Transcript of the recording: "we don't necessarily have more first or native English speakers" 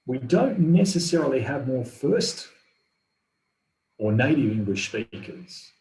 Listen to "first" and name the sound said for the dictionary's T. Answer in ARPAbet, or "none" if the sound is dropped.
T